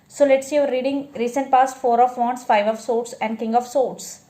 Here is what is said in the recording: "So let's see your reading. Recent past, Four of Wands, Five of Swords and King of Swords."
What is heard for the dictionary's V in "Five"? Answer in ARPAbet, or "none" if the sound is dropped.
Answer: V